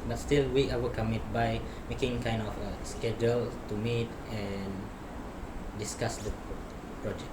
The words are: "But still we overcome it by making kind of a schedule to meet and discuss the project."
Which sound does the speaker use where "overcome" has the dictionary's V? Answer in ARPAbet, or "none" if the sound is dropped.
W